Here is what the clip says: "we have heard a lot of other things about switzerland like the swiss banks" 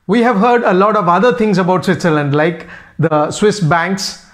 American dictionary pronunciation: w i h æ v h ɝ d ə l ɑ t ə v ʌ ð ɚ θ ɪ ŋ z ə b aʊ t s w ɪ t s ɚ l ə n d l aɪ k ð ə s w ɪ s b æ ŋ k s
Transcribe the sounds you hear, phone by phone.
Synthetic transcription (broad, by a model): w i h æ v h ɝ d ə l ɑ t ə v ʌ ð ɚ t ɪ ŋ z ə b aʊ t s w ɪ t s ɚ l ə n d l aɪ k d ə s w ɪ s b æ ŋ k s